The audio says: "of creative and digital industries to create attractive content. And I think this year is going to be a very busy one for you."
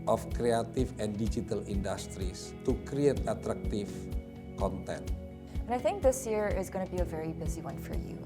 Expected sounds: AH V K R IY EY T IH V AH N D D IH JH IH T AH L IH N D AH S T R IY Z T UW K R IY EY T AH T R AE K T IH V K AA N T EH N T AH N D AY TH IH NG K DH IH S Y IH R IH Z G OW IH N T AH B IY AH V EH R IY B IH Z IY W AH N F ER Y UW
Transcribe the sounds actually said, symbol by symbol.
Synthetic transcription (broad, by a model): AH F K R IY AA T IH F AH N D D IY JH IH T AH L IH N D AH S T R IY S T UW K R IY EY T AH T R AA K T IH F K AA N T EH N T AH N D AY TH IH NG K DH IH S Y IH R IH Z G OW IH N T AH B IY AH V EH R IY B IH Z IY W AH N F ER Y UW